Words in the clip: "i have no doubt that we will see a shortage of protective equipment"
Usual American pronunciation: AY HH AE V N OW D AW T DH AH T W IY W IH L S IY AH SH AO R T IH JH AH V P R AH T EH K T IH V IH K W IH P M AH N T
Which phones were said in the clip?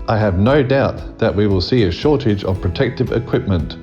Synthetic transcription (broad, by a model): AY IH V N OW D AW T DH AH T W IY W IH L S IY AH SH AO R T IH JH AH V P R AH T EH K T IH V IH K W IH P M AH N T